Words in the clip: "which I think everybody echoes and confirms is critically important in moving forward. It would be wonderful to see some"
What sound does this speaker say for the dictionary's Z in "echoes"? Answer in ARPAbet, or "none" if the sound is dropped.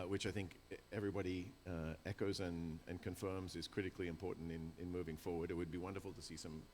Z